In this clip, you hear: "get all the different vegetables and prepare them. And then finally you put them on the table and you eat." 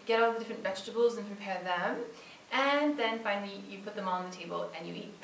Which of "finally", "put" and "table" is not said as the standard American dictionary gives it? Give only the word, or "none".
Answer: finally